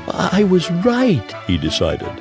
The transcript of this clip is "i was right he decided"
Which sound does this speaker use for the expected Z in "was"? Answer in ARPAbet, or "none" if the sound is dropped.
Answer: Z